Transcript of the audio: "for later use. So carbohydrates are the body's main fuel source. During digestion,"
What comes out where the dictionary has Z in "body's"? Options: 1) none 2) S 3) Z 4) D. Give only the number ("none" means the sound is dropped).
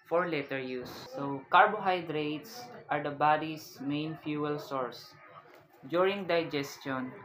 2